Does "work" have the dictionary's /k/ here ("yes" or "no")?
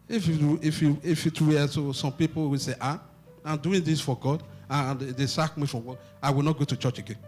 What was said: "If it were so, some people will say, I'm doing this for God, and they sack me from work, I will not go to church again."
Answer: no